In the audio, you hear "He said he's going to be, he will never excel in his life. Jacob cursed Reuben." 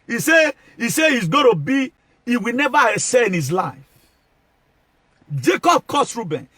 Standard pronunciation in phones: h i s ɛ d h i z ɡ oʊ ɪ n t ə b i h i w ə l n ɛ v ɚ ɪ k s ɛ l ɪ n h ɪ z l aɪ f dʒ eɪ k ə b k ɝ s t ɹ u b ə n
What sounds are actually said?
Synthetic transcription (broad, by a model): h i s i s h i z ɡ oʊ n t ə b i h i w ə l n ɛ v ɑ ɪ s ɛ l ɪ n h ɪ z l aɪ f dʒ eɪ k ə b k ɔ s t ɹ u b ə n